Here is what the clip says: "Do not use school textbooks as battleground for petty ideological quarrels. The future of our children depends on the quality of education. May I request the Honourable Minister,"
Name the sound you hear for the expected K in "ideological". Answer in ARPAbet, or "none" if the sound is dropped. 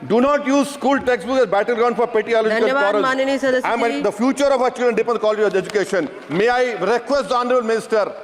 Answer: none